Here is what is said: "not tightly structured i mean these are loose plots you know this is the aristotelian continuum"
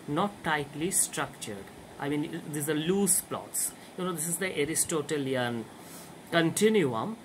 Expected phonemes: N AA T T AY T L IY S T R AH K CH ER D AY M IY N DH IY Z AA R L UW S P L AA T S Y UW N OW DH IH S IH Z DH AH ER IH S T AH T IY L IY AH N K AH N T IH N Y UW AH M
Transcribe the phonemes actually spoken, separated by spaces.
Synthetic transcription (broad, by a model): N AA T T AY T L IY S T R AH K CH ER D AY M IY N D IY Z AA R L UW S P L AA T S Y UW N OW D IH S IH Z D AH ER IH S T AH T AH L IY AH N K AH N T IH N Y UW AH M